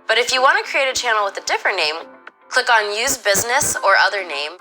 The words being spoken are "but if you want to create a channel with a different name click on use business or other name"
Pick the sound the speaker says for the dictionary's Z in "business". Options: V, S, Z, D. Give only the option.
Z